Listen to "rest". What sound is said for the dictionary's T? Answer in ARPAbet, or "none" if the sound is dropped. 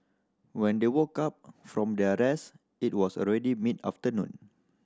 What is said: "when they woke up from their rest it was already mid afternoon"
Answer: none